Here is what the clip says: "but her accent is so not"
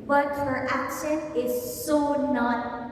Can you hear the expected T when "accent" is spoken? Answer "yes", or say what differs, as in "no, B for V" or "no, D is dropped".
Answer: no, T is dropped